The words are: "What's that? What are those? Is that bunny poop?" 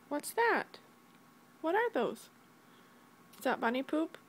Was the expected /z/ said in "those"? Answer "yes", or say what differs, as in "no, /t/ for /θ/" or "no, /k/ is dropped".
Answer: no, /z/ is dropped